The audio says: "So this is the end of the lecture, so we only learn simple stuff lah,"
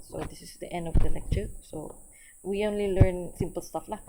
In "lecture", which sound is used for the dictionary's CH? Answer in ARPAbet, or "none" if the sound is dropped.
CH